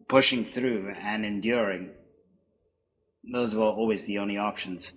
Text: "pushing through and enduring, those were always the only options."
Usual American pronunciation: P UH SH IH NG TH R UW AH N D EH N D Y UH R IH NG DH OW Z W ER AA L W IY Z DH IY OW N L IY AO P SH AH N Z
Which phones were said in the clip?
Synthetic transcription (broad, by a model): P UH SH IH NG TH R UW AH N EH N D Y UH R IH NG DH OW Z W ER AA L W IY Z DH IY OW N L IY AO P SH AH N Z